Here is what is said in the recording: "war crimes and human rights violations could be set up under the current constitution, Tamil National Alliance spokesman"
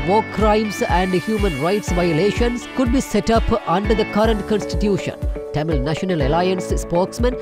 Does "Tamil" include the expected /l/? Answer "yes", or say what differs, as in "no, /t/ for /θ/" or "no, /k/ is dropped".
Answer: yes